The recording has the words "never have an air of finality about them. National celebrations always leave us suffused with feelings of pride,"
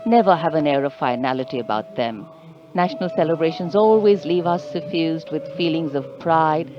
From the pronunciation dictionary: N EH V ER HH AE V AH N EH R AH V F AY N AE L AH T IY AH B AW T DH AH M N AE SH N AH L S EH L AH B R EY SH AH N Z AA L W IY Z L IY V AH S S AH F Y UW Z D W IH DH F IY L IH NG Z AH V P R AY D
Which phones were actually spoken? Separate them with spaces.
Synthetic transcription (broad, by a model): N EH V ER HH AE V AH N EH R AH V F AY N AE L AH T IY AH B AW T DH AH M N AE SH N AH L S EH L AH B R EY SH AH N Z AA L W IY Z L IY V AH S S AH F Y UW Z D W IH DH F IY L IH NG Z AH V P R AY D